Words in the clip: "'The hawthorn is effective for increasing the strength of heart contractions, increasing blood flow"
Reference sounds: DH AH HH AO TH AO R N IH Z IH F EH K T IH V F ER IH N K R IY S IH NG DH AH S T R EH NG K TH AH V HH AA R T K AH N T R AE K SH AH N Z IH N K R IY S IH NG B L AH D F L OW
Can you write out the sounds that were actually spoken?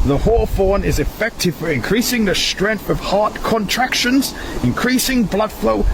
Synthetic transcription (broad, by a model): DH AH HH AO F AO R N IH Z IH F EH K T IH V F ER IH N K R IY S IH NG DH AH S T R EH NG K TH AH V HH AA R T K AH N T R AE K SH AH N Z IH N K R IY S IH NG B L AH D F L OW